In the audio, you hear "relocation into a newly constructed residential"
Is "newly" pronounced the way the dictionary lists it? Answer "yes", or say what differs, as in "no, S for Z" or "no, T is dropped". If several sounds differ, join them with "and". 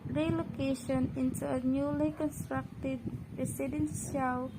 yes